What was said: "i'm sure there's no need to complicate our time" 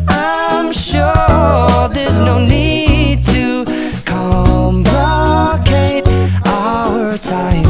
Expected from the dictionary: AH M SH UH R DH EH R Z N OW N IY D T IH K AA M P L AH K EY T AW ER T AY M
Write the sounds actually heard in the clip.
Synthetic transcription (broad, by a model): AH M SH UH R DH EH R Z N OW N IY D T IH K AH M B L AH K EY T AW ER T AY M